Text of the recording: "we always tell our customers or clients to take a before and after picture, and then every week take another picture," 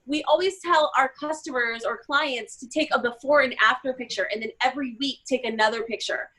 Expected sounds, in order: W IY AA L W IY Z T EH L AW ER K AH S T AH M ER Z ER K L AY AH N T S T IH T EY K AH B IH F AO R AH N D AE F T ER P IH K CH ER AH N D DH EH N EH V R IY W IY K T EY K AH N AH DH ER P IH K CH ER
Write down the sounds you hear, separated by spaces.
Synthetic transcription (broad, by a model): W IY AA L W IY Z T EH L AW ER K AH S T AH M ER Z ER K L AY AH N T S T IH T EY K AH B IH F AO R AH N AE F T ER P IH K CH ER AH N DH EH N EH V R IY W IY K T EY K AH N AH DH ER P IH K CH ER